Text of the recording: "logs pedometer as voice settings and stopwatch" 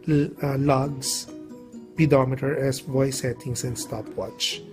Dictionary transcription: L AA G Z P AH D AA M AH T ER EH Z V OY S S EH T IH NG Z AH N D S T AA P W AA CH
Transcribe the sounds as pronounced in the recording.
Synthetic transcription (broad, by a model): L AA G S P AH D AA M AH T ER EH S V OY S S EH T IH NG S AH N D S T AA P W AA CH